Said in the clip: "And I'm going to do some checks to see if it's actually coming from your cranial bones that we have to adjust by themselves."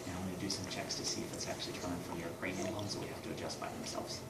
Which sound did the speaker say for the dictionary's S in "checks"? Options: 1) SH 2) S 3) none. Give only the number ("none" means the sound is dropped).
2